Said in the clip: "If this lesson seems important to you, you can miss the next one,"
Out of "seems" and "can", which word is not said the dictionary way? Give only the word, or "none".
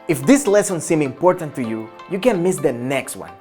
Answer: seems